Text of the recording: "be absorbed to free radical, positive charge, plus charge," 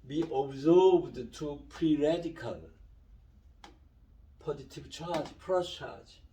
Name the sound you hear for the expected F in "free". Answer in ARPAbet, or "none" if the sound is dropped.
P